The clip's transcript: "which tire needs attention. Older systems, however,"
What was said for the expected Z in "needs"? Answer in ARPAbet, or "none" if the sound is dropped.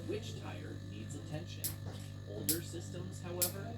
Z